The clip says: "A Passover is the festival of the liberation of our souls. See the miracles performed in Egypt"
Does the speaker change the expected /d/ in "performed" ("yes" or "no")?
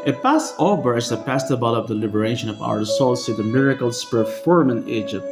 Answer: yes